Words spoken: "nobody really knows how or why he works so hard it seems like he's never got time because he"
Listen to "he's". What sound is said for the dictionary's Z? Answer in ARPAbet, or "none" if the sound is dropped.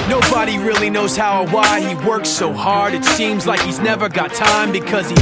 Z